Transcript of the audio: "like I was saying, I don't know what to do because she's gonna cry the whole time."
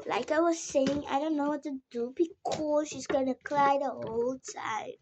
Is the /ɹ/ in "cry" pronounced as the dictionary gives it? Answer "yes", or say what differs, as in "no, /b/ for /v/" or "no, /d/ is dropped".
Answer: no, /l/ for /ɹ/